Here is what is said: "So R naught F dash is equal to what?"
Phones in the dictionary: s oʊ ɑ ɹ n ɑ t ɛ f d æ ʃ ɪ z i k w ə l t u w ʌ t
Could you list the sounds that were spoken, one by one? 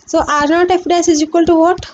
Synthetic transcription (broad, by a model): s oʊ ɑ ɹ n ɑ t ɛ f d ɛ s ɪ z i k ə l t u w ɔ t